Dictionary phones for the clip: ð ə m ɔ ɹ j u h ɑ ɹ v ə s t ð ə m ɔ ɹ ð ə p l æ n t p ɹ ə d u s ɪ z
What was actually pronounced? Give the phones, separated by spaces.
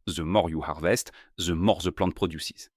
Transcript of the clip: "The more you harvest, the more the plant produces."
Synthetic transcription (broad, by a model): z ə m ɔ ɹ j u h ɑ ɹ v ə s t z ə m ɔ ɹ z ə p l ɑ t p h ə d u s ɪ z